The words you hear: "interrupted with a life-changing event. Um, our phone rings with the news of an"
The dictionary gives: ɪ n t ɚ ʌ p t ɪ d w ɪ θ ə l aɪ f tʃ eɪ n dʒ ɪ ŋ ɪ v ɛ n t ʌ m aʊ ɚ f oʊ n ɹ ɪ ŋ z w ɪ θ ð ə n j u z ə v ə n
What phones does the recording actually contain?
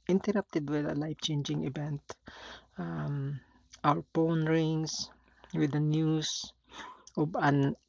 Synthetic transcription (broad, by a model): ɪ n t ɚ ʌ p t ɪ d w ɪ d ə l aɪ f tʃ eɪ n dʒ ɪ ŋ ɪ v ɛ n t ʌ m aʊ ɚ p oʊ n ɹ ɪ ŋ s w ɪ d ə n j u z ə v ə n